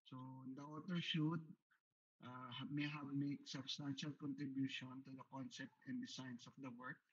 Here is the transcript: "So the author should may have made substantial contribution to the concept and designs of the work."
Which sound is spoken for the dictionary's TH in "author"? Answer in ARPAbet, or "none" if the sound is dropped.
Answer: T